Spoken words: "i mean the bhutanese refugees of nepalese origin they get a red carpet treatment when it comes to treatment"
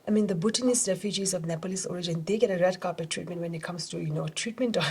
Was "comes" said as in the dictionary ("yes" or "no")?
no